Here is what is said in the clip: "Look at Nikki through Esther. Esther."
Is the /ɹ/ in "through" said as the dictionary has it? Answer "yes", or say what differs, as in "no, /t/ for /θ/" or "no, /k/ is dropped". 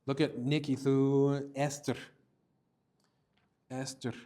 no, /ɹ/ is dropped